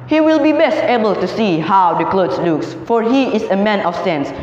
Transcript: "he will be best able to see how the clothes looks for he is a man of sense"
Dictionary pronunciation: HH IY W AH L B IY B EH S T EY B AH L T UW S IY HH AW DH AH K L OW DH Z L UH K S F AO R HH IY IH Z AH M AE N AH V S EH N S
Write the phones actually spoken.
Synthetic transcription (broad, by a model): HH IY W AH L B IY B EH S T EY B AH L T UW S IY HH AW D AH K L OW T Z L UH K S F AO R HH IY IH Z AH M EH N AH F S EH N S